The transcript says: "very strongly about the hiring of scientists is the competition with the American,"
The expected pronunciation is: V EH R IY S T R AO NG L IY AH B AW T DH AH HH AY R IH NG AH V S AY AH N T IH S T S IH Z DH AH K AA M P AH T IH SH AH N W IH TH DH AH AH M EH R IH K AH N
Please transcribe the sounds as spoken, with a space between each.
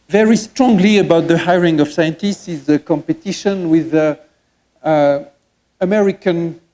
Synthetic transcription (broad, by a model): V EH R IY S T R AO NG L IY AH B AW T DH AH HH AY R IH NG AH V S AY AH N T IH S T S IH Z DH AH K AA M P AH T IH SH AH N W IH DH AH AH M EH R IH K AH N